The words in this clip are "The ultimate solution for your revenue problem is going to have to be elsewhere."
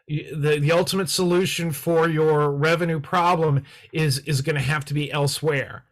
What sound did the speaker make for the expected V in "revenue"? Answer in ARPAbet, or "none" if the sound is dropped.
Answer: V